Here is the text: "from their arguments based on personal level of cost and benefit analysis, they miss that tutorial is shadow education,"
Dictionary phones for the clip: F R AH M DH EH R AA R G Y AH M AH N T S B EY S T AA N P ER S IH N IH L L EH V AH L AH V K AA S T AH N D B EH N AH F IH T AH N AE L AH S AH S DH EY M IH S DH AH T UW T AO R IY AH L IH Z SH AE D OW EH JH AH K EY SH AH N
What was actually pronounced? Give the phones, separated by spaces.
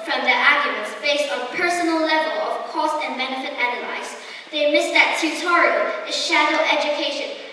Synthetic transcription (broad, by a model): F R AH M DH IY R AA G Y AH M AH N T S B EY S T AA N P ER S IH N L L EH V L AH V K AA S T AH N B EH N AH F IH T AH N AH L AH AH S DH EY M IH S DH AH T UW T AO R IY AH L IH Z SH AE D OW EH JH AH K EY SH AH N